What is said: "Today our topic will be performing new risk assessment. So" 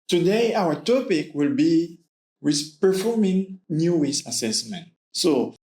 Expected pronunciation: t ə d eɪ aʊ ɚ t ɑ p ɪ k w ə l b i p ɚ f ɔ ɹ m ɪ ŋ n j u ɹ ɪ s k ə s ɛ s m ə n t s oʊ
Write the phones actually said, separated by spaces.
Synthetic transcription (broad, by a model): t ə d eɪ aʊ ɚ t ɑ p ɪ k w ə l b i p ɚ f ɔ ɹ m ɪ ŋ n j u w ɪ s ə s ɛ s m ə n t s oʊ